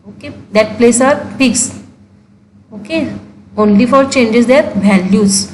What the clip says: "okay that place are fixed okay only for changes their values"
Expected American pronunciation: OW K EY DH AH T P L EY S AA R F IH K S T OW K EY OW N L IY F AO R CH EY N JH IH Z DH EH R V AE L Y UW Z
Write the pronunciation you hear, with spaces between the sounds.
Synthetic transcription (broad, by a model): OW K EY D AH T P L EY S AA R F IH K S OW K EY OW N L IY F AO R CH EY N JH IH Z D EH R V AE L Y UW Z